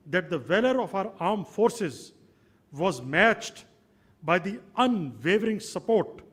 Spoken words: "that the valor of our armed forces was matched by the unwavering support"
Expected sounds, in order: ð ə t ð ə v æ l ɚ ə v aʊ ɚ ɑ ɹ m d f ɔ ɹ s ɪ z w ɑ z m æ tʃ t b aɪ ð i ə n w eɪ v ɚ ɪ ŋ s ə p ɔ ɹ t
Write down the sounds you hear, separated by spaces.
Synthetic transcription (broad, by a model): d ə t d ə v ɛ l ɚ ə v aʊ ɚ ɑ ɹ m f ɔ ɹ s ɪ z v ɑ z m æ tʃ t b aɪ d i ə n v eɪ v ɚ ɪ ŋ s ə p ɔ ɹ t